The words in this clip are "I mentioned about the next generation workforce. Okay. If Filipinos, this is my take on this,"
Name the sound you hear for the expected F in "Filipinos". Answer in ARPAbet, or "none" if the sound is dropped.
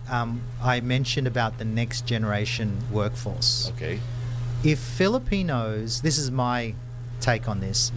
F